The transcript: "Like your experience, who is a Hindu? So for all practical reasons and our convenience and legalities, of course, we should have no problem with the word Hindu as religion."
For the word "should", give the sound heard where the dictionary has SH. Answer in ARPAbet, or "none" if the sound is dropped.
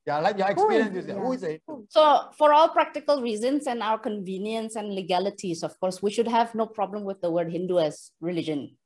SH